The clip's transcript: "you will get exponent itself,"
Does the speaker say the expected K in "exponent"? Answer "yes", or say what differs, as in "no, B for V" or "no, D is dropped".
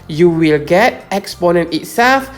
yes